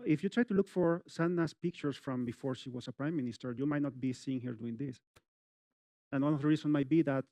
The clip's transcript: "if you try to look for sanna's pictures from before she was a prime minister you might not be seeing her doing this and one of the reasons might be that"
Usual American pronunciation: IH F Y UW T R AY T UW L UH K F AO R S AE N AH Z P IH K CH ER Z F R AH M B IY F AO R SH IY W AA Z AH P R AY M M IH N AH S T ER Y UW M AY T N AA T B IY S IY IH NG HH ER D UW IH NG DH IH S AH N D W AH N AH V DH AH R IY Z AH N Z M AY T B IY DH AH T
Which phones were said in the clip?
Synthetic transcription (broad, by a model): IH F Y UW T R AY T UW L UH K F AO R S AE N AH S P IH K CH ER S F R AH M B IY F AO R SH IY W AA S AH P R AY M M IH N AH S T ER Y UW M AY T N AA T B IY S IY IH NG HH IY D UW IH NG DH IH S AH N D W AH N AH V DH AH R IY S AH N M AY T B IY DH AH T